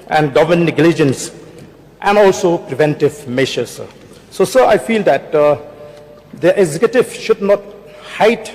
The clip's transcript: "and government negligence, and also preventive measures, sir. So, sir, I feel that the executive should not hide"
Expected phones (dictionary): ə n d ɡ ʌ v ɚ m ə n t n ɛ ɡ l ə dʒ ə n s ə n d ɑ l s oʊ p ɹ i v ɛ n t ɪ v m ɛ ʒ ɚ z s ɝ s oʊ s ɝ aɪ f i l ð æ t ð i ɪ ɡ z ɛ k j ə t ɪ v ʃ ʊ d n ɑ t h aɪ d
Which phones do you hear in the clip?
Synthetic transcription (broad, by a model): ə n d ɡ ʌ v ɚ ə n n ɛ ɡ l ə dʒ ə n s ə n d ɑ l s oʊ p ɹ i v ɛ n t ɪ v m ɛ ʃ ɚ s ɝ s oʊ s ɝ aɪ f i l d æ t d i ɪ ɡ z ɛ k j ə t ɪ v ʃ ʊ d n ɑ t h aɪ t